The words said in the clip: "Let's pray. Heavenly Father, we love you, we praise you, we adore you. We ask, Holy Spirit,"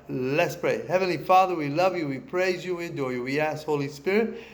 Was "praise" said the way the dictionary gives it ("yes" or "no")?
yes